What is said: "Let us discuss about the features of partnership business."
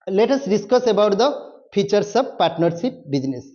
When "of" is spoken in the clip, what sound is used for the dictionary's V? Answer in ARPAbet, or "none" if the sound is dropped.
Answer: B